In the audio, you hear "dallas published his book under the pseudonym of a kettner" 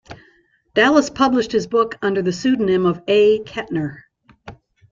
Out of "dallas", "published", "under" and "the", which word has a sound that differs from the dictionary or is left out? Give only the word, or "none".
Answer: none